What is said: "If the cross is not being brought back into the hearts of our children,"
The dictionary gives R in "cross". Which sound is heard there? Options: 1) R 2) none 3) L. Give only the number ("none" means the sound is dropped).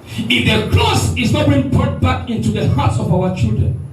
3